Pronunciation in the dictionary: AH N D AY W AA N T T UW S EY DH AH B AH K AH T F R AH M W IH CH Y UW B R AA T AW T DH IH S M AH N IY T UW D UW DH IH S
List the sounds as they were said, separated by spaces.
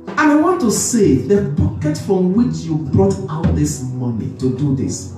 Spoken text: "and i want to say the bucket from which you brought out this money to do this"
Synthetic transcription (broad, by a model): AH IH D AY W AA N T T UW S EY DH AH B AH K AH T F R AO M W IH CH Y UW B R AA T AW T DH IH S M AH N IY T UW D UW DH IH S